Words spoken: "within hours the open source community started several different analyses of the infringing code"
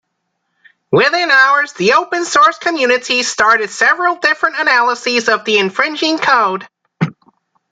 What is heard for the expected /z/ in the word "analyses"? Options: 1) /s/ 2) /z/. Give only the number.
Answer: 2